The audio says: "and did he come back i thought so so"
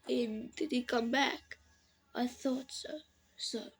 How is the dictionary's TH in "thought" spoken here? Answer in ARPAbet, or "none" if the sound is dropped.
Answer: TH